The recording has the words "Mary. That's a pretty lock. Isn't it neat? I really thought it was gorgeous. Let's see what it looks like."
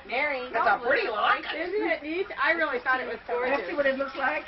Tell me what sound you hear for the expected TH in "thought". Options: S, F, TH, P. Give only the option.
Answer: TH